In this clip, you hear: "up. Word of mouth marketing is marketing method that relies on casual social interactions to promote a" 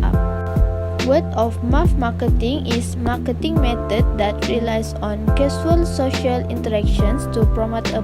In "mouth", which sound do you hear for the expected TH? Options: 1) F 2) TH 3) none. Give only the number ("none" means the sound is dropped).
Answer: 1